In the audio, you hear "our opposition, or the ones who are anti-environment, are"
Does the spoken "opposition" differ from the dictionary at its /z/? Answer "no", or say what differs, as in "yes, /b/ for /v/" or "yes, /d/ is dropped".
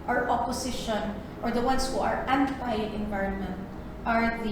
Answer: yes, /s/ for /z/